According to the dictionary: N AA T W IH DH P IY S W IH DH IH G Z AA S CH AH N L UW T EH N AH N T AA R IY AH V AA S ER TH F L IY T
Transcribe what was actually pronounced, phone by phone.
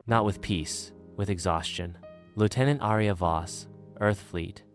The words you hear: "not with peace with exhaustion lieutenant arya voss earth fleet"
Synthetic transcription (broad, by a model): N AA T W IH DH P IY S W IH DH IH G Z AA S CH AH N L UW T EH N AH N T AA R IY AH V AA S ER TH F L IY T